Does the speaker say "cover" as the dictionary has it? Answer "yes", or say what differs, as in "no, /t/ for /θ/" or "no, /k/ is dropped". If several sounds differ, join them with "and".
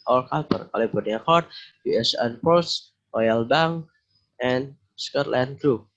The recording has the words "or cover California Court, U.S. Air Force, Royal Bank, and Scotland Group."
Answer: no, /p/ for /v/